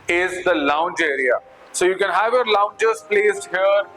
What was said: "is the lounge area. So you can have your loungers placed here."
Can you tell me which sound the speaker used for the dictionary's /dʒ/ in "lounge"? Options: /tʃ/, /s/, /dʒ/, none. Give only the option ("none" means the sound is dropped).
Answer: /dʒ/